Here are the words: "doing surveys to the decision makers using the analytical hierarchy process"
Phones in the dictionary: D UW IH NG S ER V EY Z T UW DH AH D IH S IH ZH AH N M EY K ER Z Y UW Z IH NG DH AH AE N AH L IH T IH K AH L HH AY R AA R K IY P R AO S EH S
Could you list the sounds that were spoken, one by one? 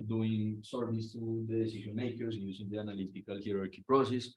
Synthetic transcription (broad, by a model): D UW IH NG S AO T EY S T UW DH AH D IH S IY SH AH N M EY K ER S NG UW S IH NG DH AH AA N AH L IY T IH K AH L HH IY R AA R K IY P R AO S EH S